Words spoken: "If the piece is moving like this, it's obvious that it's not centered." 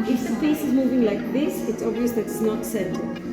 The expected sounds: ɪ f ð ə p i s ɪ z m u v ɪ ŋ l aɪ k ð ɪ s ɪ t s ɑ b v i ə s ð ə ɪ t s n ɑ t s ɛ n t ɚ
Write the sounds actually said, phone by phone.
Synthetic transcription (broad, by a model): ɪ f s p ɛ s ɪ z m u v ɪ ŋ l aɪ k ð ɪ s ɪ t s ɑ b v i ə s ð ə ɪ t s n ɑ t s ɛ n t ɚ